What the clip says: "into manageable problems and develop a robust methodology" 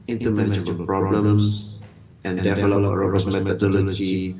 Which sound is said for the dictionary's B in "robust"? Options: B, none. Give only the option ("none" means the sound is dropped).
none